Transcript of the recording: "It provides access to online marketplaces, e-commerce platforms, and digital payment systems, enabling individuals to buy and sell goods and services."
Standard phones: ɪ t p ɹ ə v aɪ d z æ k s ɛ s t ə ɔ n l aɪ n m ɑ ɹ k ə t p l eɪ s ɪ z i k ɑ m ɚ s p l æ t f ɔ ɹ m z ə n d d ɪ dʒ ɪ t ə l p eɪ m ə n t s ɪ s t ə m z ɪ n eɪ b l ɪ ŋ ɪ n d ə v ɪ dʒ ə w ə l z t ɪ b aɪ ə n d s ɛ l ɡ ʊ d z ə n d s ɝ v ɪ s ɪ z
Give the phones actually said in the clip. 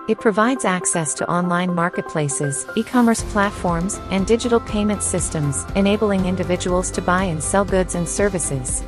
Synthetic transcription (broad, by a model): ɪ t p ɹ ə v aɪ d z æ k s ɛ s t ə ɔ n l aɪ n m ɑ ɹ k ə t p l eɪ s ɪ z i k ɑ m ɚ s p l æ t f ɔ ɹ m z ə n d d ɪ dʒ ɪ t l p eɪ m ə n t s ɪ s t ə m z ɪ n eɪ b l ɪ ŋ ɪ n d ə v ɪ dʒ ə w l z t ɪ b aɪ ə n s ɛ l ɡ ʊ d z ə n s ɝ v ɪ s ɪ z